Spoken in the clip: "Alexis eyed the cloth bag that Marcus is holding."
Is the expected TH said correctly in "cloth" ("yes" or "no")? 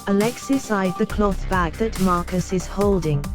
yes